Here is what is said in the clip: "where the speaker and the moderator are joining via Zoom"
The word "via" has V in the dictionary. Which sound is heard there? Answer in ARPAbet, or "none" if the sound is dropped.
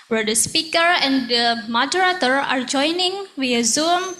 W